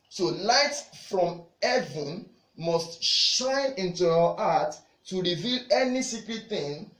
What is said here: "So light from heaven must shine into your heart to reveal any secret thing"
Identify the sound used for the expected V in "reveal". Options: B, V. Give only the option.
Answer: V